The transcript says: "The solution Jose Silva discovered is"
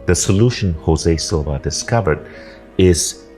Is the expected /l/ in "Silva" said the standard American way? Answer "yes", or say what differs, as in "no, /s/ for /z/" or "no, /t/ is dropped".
no, /l/ is dropped